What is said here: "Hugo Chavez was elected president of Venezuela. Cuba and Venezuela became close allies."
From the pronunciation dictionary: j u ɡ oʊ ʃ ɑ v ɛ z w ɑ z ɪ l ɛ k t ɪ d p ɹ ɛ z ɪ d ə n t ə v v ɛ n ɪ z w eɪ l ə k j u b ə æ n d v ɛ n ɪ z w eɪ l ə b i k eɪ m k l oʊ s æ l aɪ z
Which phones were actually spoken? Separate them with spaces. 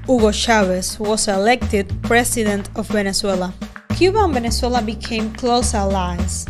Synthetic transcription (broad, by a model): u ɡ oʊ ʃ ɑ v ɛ s w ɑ s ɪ l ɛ k t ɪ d p ɹ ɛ s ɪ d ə n t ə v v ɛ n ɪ s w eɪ l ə k j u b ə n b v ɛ n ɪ s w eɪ l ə b i k eɪ m k l oʊ s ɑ l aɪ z